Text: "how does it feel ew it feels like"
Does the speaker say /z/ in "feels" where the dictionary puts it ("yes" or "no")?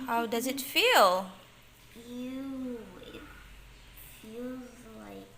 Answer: yes